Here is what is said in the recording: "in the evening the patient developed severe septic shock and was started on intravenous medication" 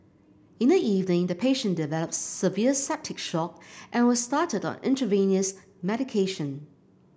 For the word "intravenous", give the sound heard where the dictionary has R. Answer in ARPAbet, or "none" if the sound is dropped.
none